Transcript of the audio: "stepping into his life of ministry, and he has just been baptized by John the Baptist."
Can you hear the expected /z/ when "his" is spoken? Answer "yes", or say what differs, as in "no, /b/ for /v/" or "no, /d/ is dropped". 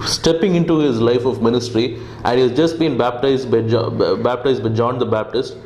yes